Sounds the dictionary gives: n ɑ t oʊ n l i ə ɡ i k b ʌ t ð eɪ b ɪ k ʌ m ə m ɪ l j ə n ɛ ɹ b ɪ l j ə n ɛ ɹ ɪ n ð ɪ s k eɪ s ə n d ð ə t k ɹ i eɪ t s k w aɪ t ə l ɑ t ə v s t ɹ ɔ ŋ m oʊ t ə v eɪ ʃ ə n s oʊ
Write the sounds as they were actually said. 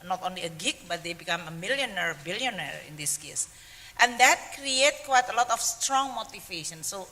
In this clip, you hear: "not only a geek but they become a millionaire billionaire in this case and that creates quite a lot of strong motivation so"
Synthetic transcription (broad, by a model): n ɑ t oʊ n l i ə ɡ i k b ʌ t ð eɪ b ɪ k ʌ m ə m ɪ l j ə n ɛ ɹ b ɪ l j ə n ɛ ɹ ɪ n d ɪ s k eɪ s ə n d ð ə t k ɹ i eɪ t k w aɪ t ə l ɑ t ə f s t ɹ ɔ ŋ m oʊ t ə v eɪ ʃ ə n s oʊ